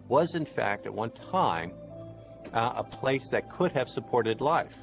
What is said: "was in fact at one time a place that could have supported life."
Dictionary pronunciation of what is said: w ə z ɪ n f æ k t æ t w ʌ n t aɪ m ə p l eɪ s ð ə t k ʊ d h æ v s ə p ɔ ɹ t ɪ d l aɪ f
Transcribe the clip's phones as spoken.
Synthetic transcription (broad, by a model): w ə z ɪ n f æ k t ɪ t w ʌ n t aɪ m ə p l eɪ s ð ə t k ʊ d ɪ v s ə p ɔ ɹ t ɪ d l aɪ f